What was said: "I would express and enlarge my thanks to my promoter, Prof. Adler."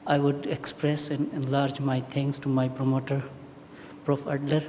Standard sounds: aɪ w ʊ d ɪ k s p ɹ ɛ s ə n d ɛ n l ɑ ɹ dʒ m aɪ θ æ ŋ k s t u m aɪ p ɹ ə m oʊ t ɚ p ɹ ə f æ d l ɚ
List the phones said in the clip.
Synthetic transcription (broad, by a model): aɪ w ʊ d ɪ k s p ɹ ɛ s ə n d ɛ n l ɑ ɹ dʒ m aɪ t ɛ ŋ k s t u m aɪ p ɹ ə m oʊ t ɚ p ɹ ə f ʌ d l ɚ